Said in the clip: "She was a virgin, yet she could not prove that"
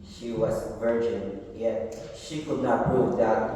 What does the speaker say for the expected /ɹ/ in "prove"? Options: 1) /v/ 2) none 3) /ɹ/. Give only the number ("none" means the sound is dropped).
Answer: 2